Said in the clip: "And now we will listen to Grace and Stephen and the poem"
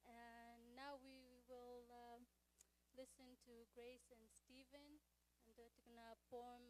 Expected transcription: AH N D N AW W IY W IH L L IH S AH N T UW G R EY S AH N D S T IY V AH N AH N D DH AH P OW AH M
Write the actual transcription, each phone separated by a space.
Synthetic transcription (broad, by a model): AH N N AW W IY W IH L L IH S AH N T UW G R EY S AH N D S T IY V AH N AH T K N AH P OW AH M